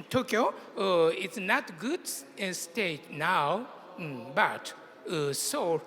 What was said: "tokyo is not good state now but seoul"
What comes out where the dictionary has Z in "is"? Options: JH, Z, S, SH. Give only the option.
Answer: S